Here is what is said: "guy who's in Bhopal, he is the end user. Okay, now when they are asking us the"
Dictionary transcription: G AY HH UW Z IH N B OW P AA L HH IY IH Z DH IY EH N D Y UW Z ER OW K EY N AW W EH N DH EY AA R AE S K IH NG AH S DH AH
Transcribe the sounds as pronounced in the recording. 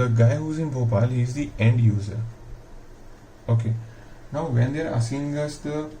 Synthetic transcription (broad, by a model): G AY HH UW Z IH N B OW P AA L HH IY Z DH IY EH N D Y UW Z ER OW K EY N AW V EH N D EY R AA S IH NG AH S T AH